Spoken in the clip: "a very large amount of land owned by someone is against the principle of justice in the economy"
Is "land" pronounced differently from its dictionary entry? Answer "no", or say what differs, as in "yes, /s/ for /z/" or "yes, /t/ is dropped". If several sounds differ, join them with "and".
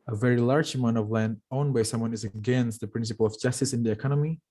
no